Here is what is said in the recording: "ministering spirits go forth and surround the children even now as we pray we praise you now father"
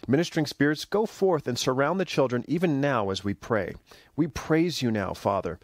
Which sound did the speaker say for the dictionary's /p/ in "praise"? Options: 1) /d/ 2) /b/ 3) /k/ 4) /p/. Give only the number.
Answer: 4